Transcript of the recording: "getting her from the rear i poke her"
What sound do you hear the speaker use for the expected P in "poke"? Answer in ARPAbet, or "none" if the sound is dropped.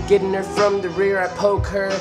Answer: P